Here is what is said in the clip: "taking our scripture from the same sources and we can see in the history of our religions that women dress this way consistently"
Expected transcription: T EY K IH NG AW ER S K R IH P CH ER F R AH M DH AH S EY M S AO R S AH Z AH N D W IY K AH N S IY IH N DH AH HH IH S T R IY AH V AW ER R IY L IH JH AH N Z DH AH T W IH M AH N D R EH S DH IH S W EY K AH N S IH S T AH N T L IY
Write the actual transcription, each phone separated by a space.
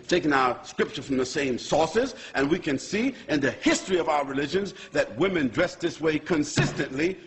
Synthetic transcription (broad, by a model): T EY K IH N AW ER S K R IH P CH ER F R AH M DH AH S EY M S AO R S AH Z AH N W IY K AH N S IY IH N DH AH HH IH S T R IY AH V AW ER R IY L IH JH AH N Z DH AH T W IH M AH N D R EH S DH IH S W EY K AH N S IH S T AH N T L IY